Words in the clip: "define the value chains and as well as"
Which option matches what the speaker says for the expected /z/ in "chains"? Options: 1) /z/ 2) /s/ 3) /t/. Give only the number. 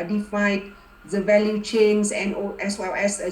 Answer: 2